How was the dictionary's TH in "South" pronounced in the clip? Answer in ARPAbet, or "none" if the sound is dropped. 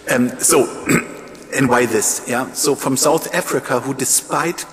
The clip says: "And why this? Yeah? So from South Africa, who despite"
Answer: TH